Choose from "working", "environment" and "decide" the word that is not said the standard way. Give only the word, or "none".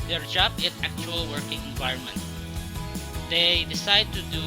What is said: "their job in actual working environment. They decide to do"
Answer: none